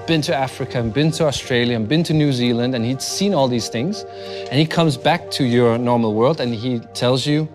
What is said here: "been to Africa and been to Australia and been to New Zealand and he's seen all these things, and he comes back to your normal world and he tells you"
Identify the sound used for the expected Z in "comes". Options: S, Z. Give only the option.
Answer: Z